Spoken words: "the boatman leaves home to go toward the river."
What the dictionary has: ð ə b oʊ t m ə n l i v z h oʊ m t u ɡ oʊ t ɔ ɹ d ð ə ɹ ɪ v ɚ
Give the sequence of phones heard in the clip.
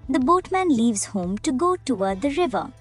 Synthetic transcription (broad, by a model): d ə b oʊ t m ə n l i v z h oʊ m t u ɡ oʊ t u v d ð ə ɹ ɪ v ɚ